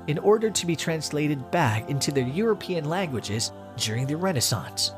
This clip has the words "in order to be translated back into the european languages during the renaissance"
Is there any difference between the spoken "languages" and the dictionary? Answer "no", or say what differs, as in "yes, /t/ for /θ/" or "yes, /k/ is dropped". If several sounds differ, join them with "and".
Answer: no